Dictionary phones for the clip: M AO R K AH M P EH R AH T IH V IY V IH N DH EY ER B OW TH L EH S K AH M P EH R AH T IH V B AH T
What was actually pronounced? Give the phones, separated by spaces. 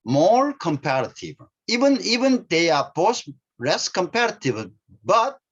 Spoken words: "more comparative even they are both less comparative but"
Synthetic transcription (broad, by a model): M AO R K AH M P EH R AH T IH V IY V IH N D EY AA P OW S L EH S K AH M P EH R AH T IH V B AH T